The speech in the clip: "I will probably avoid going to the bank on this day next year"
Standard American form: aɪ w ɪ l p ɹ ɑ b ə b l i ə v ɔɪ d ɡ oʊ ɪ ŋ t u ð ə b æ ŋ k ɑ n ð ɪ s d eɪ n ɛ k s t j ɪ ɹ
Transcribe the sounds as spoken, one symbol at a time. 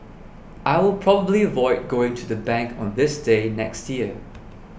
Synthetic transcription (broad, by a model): aɪ w ɪ l p ɹ ɑ b ə b l i ə v ɔɪ d ɡ oʊ ɪ ŋ t u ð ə b æ ŋ k ɑ n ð ɪ s d eɪ n ɛ k s t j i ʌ